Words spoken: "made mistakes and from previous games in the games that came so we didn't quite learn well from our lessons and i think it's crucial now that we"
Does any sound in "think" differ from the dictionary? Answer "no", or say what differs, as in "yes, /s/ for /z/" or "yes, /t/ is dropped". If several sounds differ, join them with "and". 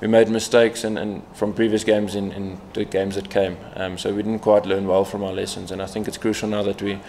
no